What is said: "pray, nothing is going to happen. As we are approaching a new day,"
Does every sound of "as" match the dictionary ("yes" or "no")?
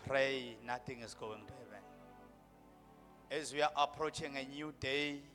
yes